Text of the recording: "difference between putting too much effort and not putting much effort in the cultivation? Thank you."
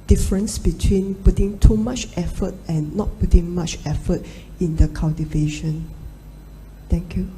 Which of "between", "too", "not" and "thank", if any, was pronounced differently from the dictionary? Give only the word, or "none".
thank